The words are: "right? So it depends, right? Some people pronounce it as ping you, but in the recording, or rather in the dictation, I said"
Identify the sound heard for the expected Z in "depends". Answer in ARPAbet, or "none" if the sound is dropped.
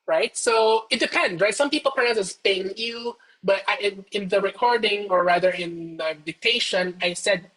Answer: none